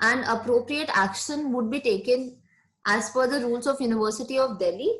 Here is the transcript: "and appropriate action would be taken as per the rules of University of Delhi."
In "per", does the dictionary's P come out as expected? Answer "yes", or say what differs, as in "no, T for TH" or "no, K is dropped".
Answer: no, F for P